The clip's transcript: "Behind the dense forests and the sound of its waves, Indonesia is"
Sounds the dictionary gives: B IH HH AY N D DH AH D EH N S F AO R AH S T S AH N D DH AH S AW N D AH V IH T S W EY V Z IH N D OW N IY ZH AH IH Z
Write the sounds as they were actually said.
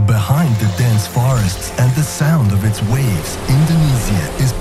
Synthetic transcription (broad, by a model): B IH HH AY N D DH AH D EH N S F AO R AH S T S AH N DH AH S AW N D AH V IH T S W EY V Z IH N D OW N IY Z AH IH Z